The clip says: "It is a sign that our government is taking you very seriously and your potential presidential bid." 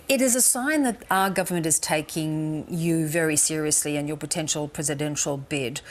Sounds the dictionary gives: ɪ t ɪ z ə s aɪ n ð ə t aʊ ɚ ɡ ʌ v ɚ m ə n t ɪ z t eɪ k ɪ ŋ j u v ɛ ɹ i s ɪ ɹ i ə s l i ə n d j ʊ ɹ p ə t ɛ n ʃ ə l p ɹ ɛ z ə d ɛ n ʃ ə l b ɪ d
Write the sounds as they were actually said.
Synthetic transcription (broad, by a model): ɪ t ɪ z ə s aɪ n ð ə t aʊ ɚ ɡ ʌ v ɚ m ə n t ɪ z t eɪ k ɪ ŋ j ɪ v ɛ ɹ i s ɪ ɹ i ə s l i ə n j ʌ ɹ p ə t ɛ n ʃ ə l p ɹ ɛ z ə d ɛ n ʃ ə l b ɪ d